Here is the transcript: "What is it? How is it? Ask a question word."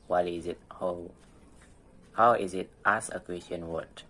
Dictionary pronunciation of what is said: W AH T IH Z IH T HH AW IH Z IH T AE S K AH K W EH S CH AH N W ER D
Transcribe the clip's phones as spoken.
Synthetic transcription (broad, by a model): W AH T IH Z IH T HH AW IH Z IH T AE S AH K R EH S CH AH N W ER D